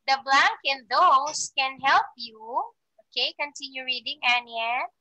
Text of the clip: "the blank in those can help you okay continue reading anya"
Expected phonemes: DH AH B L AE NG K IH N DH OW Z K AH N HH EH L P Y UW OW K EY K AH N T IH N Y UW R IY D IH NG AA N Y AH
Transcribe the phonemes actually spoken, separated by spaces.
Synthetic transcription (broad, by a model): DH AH B L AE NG K IH N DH OW S K AH N HH EH L P Y UW OW K EY K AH N T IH N Y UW R IY D IH NG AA N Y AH